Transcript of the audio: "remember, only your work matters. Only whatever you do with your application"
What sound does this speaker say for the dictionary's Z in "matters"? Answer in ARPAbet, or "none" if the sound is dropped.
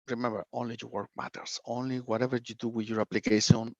S